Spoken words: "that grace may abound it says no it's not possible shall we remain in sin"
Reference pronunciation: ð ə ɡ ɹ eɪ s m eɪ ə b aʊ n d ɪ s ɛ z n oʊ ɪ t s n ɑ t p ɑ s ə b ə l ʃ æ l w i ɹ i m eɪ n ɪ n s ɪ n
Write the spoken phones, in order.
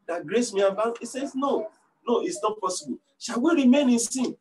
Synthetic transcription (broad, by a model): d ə ɡ ɹ eɪ s m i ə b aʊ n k ɪ s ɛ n n oʊ ɪ t s n ɑ t p ɑ s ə b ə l ʃ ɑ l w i ɹ i m eɪ n ɪ n s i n